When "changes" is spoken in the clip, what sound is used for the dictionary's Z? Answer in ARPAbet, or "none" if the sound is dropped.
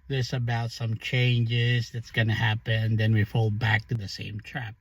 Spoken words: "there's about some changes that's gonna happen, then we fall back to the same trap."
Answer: Z